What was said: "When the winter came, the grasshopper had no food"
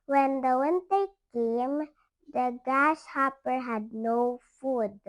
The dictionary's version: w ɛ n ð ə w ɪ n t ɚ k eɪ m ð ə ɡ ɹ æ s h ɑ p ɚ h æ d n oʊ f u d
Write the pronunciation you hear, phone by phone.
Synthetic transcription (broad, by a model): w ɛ n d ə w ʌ n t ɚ k eɪ m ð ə ɡ æ ʃ h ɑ p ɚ h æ d n oʊ f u d